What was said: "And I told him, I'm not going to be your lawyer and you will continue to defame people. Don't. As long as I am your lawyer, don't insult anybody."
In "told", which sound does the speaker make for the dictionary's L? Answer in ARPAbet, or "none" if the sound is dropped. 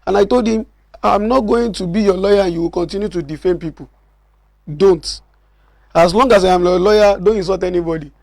L